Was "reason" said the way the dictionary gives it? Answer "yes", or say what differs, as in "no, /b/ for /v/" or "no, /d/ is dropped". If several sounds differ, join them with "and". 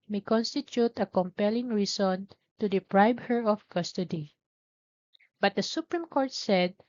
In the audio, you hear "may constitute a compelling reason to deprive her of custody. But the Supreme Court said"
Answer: no, /s/ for /z/